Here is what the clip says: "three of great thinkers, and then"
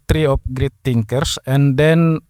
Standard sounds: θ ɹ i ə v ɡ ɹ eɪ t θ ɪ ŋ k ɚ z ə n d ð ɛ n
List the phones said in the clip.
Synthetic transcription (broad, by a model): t ɹ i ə p ɡ ɹ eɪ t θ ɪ ŋ k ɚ s ə n d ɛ n